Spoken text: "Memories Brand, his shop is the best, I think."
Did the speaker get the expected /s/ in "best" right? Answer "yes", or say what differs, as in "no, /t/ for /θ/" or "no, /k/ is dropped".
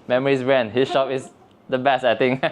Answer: yes